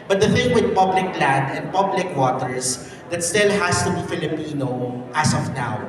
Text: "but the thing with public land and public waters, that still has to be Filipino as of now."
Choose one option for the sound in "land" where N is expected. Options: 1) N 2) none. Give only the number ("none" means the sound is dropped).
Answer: 2